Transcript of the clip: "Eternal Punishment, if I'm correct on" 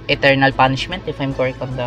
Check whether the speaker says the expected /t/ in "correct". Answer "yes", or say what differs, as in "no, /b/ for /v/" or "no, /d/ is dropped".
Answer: no, /t/ is dropped